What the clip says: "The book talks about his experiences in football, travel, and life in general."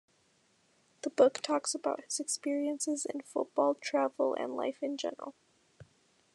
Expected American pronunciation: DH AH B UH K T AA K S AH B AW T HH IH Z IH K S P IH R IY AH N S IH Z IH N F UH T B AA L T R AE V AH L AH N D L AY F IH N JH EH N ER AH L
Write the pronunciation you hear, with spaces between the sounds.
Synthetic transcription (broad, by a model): DH AH B UH K T AA K S AH B AW T HH IH Z IH K S P IH R IY AH N S IH Z IH N F UH T B AA L T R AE V L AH N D L AY F IH N JH EH N ER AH L